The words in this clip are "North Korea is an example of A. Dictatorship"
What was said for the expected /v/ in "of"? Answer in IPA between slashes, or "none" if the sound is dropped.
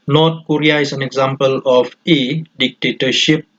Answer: /f/